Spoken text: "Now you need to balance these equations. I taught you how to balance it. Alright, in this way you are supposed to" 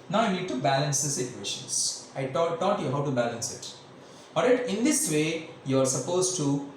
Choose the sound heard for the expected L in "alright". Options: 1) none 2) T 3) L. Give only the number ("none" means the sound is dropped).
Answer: 1